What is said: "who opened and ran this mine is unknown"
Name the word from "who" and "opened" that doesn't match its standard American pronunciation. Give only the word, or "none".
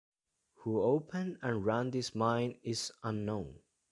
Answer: opened